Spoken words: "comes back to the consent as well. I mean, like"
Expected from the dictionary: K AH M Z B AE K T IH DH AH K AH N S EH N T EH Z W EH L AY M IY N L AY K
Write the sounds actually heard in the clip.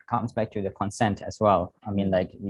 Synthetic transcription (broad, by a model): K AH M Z B AE K T IH DH AH K AH N S EH N T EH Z W EH L AY M IY N L AY K